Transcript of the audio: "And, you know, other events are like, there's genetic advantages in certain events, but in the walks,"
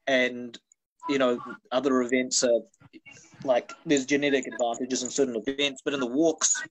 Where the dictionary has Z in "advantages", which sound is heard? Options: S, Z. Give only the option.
Z